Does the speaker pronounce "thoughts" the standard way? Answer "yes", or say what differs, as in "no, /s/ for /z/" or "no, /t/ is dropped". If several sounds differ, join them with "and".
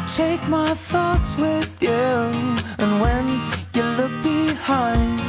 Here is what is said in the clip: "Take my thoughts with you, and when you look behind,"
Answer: yes